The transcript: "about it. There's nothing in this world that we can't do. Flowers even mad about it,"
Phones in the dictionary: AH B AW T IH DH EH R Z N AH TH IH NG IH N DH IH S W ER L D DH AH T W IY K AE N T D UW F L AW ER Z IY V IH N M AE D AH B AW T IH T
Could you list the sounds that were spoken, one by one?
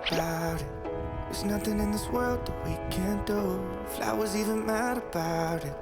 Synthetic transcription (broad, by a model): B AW T IH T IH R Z N AH TH IH NG IH N DH IH S W ER L D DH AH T W IY K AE N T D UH F L AW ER Z IY V IH N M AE D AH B AW T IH T